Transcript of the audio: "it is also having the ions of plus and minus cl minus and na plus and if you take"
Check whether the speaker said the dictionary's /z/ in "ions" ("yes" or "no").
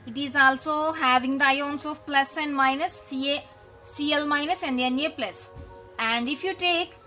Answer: no